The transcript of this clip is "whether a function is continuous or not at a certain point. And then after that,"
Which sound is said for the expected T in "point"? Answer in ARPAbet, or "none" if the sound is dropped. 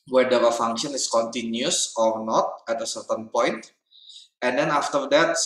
T